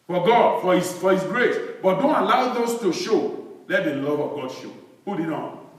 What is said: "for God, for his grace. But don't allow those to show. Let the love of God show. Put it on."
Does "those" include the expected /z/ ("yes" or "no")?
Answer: no